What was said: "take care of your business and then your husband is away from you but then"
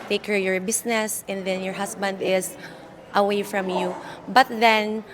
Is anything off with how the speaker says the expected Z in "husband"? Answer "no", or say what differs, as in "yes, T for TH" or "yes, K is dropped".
yes, S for Z